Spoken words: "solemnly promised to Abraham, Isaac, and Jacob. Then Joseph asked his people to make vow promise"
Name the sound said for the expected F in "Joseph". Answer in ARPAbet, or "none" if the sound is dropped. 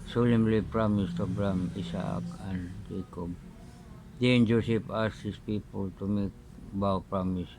P